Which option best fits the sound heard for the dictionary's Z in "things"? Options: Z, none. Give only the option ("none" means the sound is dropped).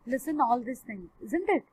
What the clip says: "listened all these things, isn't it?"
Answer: none